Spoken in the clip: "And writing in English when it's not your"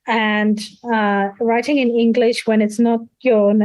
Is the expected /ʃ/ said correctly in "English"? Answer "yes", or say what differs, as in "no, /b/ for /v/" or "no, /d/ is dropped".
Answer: yes